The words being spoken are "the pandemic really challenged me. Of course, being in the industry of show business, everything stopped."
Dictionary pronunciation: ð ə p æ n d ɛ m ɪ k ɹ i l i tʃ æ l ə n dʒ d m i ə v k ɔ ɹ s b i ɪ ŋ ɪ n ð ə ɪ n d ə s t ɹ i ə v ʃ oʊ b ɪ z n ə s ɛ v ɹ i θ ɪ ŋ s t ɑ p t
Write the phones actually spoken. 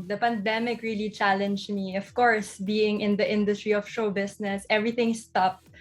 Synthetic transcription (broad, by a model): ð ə p æ n d ɛ m ɪ k ɹ i l i tʃ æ l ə n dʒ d m i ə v k ɔ ɹ s b i ɪ ŋ ɪ n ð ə ɪ n d ə s t ɹ i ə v ʃ oʊ b ɪ s n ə s ɛ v ɹ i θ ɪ ŋ s t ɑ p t